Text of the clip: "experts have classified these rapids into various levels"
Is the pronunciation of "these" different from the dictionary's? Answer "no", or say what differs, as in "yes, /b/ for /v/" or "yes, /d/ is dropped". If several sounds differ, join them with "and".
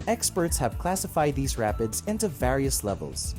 no